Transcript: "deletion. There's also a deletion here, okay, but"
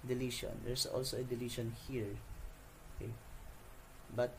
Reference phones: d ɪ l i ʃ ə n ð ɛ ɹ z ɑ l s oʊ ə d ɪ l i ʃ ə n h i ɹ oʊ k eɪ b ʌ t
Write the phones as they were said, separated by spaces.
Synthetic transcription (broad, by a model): d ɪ l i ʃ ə n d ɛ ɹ s ɑ l s oʊ ə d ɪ l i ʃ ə n h i ɹ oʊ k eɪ b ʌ t